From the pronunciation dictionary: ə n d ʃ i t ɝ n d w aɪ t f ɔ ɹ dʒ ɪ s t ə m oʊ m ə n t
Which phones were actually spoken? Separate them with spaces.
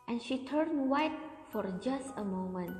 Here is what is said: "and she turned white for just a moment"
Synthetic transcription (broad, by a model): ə n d ʃ i t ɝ n w aɪ t f ɔ ɹ dʒ ɪ s t ə m oʊ m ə n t